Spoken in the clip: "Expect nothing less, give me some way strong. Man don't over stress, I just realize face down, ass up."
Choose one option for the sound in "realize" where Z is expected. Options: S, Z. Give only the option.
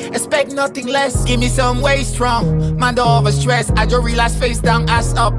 S